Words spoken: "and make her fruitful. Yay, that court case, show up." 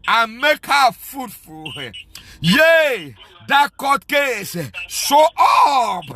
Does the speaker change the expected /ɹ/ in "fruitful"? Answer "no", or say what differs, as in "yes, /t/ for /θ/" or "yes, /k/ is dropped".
yes, /ɹ/ is dropped